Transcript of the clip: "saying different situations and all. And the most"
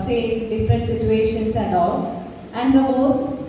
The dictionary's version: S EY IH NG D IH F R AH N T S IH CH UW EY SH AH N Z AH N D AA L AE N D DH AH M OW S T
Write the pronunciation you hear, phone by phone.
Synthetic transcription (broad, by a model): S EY D IH F R AH N T S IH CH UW EY SH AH N S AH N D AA AE N D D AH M OW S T